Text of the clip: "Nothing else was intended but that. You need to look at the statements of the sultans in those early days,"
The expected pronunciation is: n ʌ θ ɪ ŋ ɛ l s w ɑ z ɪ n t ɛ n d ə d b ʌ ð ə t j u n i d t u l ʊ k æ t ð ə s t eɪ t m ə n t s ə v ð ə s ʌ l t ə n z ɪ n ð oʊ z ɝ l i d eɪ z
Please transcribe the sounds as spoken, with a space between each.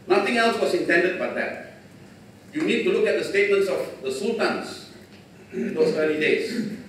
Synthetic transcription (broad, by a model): n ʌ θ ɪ ŋ ɛ l s w ɑ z ɪ n t ɛ n d ə d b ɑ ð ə t j u n i d t u l ʊ k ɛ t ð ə s t eɪ t m ə n t s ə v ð ə s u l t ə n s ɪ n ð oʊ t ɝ i d eɪ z